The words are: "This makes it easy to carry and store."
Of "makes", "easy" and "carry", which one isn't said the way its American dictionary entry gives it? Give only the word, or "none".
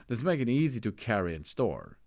makes